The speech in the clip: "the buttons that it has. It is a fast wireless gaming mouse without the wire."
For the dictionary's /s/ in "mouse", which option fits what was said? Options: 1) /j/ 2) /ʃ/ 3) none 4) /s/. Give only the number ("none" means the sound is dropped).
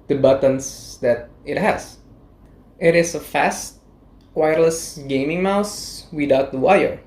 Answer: 4